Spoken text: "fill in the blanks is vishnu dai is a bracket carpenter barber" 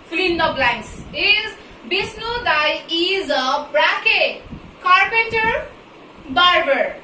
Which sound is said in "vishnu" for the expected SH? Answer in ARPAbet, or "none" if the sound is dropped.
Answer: S